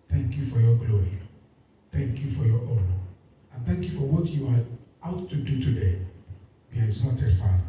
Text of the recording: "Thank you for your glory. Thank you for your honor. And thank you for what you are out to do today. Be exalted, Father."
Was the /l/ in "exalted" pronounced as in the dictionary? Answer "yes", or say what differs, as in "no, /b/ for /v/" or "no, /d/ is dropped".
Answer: no, /l/ is dropped